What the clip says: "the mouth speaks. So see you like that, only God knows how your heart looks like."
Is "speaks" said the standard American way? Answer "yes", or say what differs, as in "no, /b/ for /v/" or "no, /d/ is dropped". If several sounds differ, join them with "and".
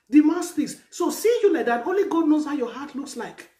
no, /k/ is dropped